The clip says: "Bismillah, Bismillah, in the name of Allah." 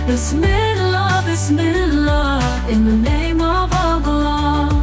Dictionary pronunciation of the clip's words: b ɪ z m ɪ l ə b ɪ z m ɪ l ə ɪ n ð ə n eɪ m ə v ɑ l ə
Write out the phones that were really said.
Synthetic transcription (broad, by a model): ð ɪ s m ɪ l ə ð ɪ s m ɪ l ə ɪ n ð ə n eɪ m ə v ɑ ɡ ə